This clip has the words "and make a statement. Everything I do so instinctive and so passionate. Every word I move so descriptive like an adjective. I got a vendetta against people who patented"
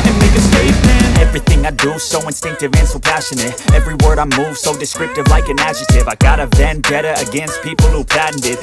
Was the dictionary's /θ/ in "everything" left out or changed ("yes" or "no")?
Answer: no